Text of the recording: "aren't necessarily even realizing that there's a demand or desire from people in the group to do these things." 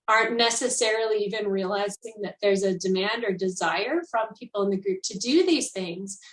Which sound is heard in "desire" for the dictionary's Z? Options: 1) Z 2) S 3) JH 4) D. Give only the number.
1